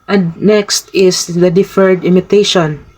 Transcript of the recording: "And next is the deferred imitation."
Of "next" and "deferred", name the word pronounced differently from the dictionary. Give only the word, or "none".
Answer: none